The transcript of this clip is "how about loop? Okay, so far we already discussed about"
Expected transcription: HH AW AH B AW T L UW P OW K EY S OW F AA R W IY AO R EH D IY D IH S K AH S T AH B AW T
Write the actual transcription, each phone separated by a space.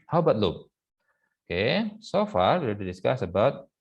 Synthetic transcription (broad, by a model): HH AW B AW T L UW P OW K EY S OW F AA R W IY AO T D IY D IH S K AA S AH B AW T